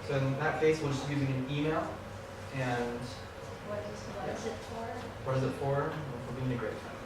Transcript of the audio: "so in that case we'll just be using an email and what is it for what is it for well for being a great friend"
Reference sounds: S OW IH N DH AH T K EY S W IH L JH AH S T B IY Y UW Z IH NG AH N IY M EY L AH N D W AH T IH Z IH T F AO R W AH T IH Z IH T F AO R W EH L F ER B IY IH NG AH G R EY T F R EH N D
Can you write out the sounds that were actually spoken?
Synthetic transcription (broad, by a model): S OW IH N DH AH T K EY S W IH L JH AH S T Y UW Z IH NG AH N IY M EY L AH N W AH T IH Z IH T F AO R W AH T IH Z IH T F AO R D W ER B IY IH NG AH G R EY T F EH